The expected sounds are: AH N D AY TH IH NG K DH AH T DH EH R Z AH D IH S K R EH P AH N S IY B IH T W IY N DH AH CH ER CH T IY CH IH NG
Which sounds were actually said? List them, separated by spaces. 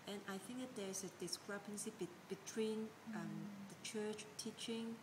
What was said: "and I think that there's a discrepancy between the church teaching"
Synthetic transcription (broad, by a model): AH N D AY TH IH NG K DH AH T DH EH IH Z AH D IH S K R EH P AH N S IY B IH T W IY N DH AH CH ER CH T IY CH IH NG